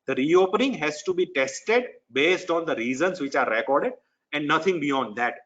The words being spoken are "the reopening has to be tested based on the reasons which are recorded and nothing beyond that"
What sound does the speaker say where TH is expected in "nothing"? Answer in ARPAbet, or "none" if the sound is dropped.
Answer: T